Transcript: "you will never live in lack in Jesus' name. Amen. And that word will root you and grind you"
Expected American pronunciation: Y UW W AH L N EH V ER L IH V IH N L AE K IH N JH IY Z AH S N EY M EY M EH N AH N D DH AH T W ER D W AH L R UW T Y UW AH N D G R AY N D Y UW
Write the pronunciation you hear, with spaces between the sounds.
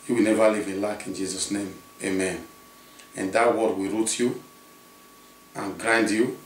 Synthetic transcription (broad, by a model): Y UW W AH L N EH V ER L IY V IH L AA K IH N JH IY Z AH S N EY M EY M EH N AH N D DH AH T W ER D W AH R UW T Y UW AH N G R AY N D Y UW